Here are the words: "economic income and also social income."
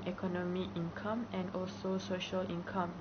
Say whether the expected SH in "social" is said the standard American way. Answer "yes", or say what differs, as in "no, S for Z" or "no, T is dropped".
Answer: yes